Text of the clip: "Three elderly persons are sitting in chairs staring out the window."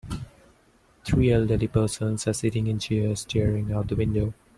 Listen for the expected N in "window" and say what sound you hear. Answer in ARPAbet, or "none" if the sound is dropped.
N